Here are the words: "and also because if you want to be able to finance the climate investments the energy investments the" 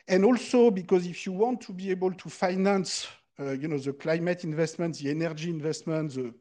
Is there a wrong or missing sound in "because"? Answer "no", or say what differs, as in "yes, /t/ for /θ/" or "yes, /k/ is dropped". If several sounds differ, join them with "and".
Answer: no